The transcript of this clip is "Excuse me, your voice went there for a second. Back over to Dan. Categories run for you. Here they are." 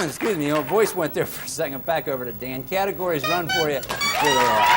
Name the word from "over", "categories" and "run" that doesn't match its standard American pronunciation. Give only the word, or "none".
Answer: none